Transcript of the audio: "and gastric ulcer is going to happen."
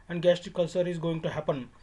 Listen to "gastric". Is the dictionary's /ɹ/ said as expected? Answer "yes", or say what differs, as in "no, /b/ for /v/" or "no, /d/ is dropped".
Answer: no, /ɹ/ is dropped